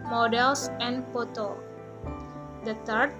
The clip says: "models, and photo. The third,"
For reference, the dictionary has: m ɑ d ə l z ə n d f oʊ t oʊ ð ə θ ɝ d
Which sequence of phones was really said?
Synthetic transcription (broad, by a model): m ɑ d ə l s ə n d p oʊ t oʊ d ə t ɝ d